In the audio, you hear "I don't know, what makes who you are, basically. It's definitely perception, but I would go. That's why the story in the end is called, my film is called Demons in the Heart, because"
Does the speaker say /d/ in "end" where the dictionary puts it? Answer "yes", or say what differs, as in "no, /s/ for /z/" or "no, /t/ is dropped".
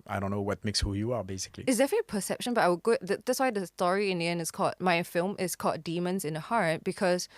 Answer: no, /d/ is dropped